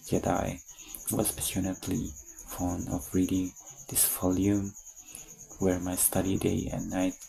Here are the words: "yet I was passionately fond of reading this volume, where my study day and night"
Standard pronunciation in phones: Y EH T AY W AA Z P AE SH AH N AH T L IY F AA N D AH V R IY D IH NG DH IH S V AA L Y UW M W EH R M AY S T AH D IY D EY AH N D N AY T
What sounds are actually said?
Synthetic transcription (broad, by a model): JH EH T AY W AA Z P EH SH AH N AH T L IY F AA N AH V R IY D IH NG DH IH S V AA L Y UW M W EH R M AY S T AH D IY D EY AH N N AY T